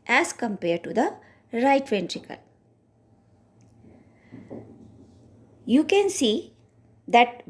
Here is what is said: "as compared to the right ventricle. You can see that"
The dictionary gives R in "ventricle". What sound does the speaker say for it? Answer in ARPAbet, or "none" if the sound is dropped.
R